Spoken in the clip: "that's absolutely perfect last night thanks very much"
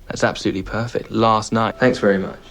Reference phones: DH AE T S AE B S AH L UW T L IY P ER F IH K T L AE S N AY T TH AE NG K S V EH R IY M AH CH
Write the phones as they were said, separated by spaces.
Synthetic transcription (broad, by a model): DH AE T S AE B S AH L UW T L IY P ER F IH K T L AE S N AY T TH AE NG K S V EH R IY M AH CH